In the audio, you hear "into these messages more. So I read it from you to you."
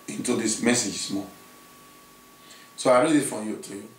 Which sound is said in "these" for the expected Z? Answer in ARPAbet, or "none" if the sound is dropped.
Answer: S